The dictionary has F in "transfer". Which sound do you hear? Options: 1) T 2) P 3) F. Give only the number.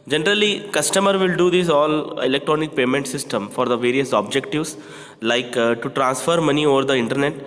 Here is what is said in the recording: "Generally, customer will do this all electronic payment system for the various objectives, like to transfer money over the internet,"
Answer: 3